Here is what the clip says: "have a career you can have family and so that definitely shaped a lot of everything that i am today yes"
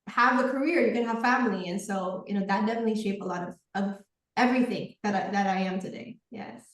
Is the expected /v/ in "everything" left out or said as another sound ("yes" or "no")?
no